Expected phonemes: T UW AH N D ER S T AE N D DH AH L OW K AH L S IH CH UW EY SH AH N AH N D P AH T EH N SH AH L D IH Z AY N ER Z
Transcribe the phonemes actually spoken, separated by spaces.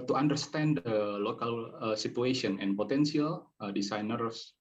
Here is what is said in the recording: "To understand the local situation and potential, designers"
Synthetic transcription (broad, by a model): T UW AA N D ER S T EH N D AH L OW K AH L S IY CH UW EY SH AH N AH N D P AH T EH N S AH L D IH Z AY N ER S